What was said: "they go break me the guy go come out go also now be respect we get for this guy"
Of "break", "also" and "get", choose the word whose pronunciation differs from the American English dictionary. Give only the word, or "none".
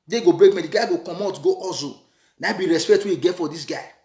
also